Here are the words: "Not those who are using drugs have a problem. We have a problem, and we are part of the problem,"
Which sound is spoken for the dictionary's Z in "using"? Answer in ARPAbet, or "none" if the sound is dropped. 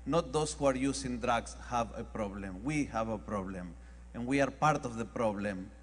S